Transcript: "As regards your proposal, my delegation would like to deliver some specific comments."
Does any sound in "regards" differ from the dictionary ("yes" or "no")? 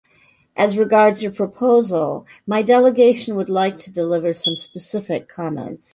no